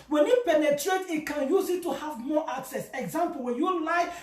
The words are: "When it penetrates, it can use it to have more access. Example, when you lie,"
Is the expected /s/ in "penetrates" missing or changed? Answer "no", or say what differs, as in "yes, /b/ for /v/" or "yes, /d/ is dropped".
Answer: yes, /s/ is dropped